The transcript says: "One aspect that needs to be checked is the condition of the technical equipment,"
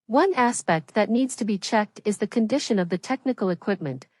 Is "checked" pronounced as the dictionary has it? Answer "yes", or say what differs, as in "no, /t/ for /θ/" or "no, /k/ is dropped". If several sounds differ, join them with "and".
yes